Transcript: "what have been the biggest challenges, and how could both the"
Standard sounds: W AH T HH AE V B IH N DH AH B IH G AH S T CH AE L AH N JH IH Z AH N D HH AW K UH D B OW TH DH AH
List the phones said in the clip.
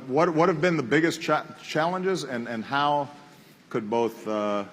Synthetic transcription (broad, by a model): W AH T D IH V B IH N DH AH B IH G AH S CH CH AE L AH N JH IH Z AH N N HH AW K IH D B OW TH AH